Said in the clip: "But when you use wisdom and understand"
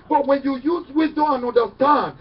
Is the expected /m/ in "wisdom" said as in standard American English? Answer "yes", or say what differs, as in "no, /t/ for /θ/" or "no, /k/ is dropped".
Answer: no, /m/ is dropped